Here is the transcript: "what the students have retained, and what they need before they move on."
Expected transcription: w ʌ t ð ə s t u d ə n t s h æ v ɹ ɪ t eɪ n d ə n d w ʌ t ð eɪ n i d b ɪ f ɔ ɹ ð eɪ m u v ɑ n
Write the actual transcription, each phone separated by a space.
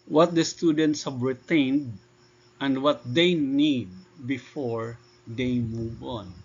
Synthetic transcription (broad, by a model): w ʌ t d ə s t u d ə n t s h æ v ɹ ɪ t eɪ n d ə n d w ʌ t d eɪ n i d b ɪ f ɔ ɹ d eɪ m u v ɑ n